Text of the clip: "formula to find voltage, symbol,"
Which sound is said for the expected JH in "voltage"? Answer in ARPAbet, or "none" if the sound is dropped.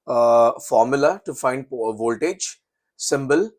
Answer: JH